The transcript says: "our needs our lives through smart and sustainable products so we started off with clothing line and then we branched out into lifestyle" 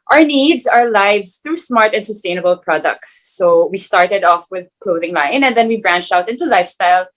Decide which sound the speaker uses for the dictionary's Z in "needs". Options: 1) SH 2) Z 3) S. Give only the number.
2